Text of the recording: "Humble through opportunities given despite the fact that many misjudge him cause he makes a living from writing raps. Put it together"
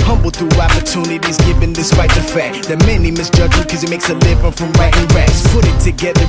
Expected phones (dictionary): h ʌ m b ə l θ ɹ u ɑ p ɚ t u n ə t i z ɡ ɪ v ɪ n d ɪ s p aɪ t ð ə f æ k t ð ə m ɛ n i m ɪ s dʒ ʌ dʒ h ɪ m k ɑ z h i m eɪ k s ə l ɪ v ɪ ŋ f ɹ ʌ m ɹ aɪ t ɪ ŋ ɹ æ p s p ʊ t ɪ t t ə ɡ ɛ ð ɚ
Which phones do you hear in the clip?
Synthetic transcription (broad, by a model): h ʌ m b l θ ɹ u ɑ p ɚ t u n ə t i z ɡ ɪ v ɪ n d ɪ s p aɪ t ð ə f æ k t ð ə m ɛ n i m ɪ s dʒ ʌ dʒ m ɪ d k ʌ z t m eɪ k s ə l ɪ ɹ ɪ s f ɹ ʌ m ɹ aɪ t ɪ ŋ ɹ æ s p ʊ t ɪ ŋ t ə ɡ ɛ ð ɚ